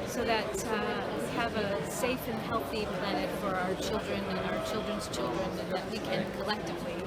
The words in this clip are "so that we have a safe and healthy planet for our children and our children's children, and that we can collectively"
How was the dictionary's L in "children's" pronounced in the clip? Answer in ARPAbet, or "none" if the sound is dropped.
L